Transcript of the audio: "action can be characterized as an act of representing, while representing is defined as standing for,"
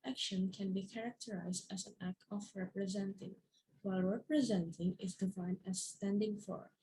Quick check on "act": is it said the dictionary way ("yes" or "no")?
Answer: yes